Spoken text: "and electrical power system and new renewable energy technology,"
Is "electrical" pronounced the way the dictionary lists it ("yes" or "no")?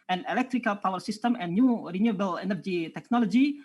yes